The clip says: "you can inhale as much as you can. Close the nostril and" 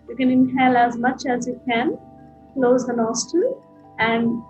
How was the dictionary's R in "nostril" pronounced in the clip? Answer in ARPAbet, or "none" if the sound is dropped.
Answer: none